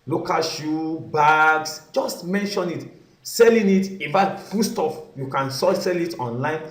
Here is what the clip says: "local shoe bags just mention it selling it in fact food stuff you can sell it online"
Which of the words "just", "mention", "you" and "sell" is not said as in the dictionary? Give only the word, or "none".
none